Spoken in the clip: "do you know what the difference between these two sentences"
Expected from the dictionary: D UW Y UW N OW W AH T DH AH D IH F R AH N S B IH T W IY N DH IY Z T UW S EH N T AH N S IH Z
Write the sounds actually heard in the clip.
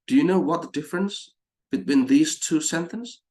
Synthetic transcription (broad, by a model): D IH Y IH N OW W AH T DH AH D IH F R AH N S B IH T W IY N DH IY Z T UW S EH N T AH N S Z